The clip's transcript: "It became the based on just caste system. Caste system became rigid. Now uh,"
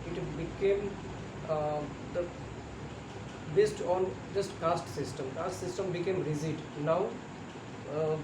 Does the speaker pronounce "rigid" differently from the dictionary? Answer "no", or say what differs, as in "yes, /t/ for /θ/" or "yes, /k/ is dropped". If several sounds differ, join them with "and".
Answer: yes, /z/ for /dʒ/